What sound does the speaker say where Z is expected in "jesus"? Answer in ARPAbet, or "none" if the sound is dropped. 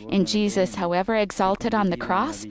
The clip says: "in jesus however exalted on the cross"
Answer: Z